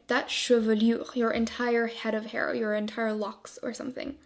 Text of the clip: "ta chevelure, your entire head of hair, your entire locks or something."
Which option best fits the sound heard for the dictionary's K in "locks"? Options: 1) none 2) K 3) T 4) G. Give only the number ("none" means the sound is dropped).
2